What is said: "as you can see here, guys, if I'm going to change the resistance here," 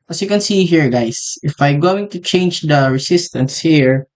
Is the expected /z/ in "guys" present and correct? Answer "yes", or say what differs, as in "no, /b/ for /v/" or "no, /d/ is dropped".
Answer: no, /s/ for /z/